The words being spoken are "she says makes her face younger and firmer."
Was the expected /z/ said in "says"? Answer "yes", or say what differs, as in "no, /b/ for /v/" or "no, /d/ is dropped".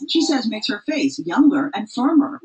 yes